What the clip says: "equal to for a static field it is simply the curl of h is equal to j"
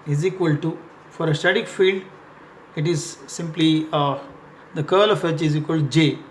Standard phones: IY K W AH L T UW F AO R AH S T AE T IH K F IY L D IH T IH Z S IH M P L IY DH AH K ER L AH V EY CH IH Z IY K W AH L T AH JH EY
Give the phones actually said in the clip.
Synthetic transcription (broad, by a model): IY K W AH L T UW F AO R AH S T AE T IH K F IY L D IH T IH Z S IH M P L IY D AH K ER L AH F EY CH IH Z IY K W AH L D JH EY